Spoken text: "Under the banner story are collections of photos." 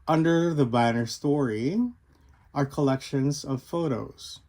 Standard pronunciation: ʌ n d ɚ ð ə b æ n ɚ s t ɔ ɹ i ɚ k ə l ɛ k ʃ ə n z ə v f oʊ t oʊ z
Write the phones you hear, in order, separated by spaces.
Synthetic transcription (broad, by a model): ʌ n d ɚ ð ə b æ n ɚ s t ɔ ɹ i ɚ k ə l ɛ k ʃ ə n z ə v f oʊ t oʊ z